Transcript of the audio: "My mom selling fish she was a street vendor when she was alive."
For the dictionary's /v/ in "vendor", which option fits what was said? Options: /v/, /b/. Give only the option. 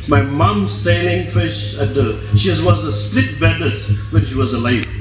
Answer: /b/